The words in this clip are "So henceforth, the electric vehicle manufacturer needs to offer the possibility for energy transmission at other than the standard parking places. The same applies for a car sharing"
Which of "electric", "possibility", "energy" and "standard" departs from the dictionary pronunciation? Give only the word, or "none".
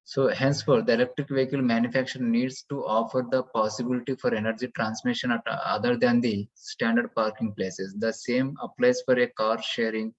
none